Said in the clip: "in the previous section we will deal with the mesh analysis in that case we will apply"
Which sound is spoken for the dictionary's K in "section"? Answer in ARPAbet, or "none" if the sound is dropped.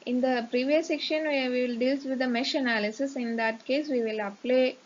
K